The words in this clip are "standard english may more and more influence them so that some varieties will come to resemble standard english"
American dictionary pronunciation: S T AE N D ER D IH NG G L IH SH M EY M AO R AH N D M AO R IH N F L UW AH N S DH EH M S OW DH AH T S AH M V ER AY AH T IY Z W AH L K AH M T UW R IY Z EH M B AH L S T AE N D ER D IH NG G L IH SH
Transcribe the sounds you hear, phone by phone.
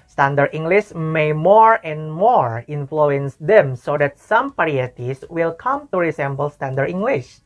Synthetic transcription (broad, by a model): S T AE N D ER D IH NG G L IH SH M EY M AO R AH N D M AO R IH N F L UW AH N S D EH M S OW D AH T S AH M P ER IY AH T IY S W AH L K AH M T UW R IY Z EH M B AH L S T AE N D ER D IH NG G L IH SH